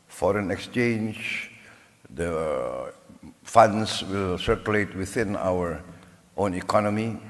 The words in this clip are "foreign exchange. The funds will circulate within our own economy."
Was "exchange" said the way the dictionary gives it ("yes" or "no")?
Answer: yes